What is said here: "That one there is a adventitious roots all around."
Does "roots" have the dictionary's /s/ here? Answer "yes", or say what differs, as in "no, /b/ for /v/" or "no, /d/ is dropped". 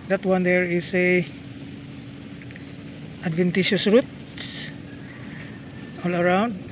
no, /s/ is dropped